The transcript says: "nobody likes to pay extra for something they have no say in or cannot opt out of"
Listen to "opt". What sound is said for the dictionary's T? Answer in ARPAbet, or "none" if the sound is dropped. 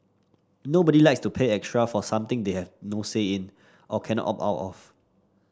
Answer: none